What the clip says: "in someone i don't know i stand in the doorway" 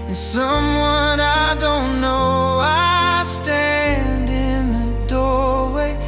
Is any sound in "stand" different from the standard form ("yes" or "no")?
no